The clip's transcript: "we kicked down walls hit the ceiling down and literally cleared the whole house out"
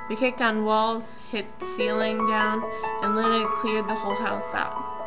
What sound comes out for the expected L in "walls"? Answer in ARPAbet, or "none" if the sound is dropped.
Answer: L